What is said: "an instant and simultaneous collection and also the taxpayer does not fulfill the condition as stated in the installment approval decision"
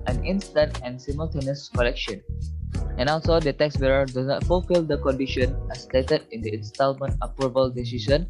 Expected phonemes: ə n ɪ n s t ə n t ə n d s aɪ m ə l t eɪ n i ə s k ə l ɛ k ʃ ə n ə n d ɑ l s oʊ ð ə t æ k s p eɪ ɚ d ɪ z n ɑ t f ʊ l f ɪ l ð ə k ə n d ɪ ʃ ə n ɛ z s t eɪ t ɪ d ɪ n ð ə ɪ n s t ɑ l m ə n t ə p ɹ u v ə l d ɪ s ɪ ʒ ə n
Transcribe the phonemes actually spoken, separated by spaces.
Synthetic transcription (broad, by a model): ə n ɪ n s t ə n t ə n s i m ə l t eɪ n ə s k ə l ɛ k ʃ ə n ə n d ɑ l s oʊ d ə t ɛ k s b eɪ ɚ d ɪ n ɑ t f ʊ l f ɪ l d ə k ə n d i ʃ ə n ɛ s t eɪ t ɪ d ɪ n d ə ɪ n s t ɑ l m ə n t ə p ɹ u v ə l d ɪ s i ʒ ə n